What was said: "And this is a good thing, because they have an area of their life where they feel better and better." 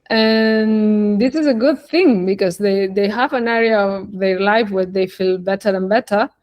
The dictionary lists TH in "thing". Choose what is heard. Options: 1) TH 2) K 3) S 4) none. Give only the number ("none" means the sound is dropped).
1